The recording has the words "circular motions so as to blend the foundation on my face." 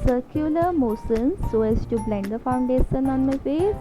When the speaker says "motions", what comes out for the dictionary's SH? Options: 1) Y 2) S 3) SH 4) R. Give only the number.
2